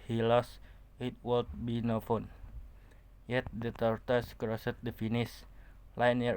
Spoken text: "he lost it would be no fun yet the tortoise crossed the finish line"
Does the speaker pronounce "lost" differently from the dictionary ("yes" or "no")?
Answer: yes